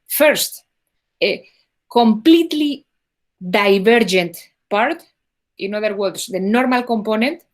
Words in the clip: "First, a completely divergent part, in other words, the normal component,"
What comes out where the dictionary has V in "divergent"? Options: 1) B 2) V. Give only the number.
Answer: 1